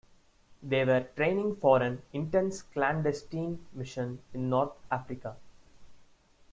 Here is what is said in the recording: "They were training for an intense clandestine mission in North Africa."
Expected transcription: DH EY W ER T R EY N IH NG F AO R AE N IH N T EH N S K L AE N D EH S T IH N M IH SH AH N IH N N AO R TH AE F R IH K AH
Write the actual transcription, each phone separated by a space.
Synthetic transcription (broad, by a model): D EY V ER T R EY N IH NG F AO R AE N IH N T EH N S K L AE N D EH S T IH N M IH SH AH N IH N N AO R T AE F R IH K AH